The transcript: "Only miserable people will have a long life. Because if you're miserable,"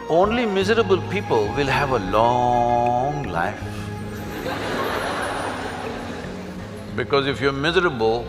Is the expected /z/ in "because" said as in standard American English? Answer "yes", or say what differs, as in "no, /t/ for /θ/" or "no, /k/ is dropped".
yes